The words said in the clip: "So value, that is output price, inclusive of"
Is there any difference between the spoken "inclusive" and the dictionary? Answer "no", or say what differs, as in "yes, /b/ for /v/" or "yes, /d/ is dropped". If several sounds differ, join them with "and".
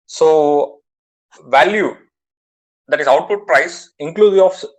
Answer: yes, /v/ is dropped